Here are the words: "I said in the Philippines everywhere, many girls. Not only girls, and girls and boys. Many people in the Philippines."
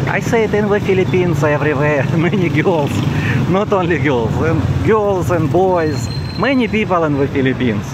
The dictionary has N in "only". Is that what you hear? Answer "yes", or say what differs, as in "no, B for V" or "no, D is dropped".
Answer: yes